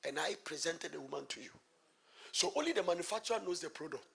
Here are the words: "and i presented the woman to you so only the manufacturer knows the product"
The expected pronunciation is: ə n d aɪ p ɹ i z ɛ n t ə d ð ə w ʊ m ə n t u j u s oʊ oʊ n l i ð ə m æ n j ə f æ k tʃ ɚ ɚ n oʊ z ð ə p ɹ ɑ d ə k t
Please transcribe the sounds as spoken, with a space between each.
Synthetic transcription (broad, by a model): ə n aɪ p ɹ i z ɛ n t ə d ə w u m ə n t u j u s oʊ oʊ n l i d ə m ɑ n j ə f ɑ k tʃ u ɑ n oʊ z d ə p ɹ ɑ d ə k t